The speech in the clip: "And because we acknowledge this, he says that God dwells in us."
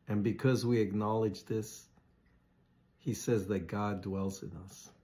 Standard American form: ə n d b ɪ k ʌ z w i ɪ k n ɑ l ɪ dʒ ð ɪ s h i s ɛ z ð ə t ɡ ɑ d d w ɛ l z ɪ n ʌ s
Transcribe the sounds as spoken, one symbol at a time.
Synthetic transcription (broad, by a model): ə n b ɪ k ʌ z w i ɪ k n ɑ l ɪ dʒ ð ɪ s h i s ɛ z ð ə t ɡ ɑ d d w ɛ l z ɪ n ʌ s